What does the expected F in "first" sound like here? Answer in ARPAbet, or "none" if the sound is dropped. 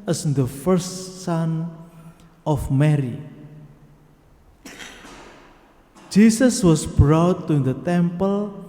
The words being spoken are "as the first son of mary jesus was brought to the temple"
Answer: F